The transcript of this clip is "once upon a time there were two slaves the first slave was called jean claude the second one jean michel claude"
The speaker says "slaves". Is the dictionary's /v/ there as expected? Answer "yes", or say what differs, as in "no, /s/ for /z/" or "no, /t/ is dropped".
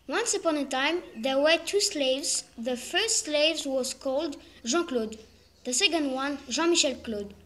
yes